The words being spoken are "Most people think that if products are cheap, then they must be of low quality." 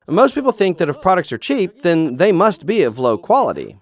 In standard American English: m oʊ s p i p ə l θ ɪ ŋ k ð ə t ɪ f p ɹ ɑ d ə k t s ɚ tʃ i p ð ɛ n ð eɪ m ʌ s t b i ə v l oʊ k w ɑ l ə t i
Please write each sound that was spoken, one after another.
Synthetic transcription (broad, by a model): m oʊ s p i p l θ ɪ ŋ k ð ə t ɪ f p ɹ ɑ d ə k t s ɚ tʃ i p ð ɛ n ð eɪ m ʌ s t b i ə v l oʊ k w ɑ l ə t i